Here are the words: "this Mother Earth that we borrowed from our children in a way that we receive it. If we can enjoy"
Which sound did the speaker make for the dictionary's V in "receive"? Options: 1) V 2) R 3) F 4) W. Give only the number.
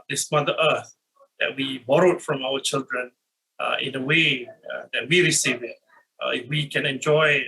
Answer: 1